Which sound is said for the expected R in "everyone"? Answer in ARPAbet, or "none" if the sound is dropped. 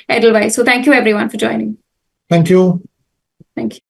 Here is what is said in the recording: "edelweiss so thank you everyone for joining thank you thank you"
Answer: R